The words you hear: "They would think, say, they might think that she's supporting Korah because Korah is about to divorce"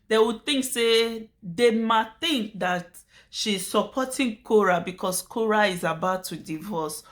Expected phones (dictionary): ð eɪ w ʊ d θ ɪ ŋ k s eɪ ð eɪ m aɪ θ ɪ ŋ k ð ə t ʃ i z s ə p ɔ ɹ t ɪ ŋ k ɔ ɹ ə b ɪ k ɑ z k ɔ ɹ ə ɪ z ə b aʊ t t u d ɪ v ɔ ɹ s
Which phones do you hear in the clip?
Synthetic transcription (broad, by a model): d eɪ w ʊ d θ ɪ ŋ k s eɪ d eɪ m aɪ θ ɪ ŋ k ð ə t ʃ i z s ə p ɔ t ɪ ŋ k ɔ ɹ ə b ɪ k ɑ s k ɔ ɹ ə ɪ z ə b aʊ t t u d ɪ v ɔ s